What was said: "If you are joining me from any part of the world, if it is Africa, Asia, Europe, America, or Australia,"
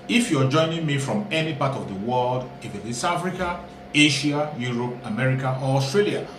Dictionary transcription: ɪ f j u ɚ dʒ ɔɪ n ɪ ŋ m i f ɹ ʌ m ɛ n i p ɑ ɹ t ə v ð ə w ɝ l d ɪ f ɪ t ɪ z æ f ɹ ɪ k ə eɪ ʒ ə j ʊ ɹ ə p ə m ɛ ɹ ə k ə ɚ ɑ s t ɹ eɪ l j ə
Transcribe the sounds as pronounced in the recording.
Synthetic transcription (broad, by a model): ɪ f j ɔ dʒ ɔɪ n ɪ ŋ m i f ɹ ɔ m ɛ n i p ɑ t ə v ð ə w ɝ l d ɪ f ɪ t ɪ s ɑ f ɹ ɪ k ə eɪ ʃ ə j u ɹ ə p ə m ɛ ɹ ə k ə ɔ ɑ s t ɹ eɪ l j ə